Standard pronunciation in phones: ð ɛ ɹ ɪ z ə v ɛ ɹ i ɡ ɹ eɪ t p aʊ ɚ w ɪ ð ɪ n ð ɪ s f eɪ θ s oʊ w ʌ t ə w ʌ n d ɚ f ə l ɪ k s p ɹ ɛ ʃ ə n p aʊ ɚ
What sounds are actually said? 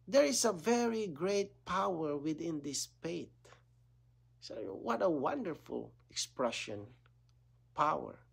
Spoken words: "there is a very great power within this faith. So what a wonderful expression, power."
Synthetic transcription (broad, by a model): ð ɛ ɹ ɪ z ə v ɛ ɹ i ɡ ɹ eɪ t p aʊ ɚ w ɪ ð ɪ n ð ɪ s p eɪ t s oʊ w ʌ t ə w ʌ n d ɚ f ə l ɪ k s p ɹ ɛ ʃ ə n p aʊ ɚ